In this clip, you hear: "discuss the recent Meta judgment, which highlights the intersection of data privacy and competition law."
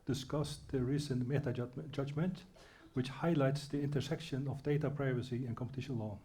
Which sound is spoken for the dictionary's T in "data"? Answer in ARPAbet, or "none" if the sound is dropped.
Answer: T